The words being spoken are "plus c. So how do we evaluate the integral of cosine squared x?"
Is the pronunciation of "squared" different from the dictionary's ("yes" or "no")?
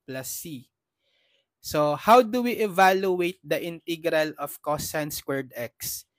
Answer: no